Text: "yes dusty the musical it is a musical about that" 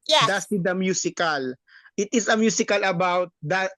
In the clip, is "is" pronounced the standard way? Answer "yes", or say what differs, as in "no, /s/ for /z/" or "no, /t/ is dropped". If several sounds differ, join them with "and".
no, /s/ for /z/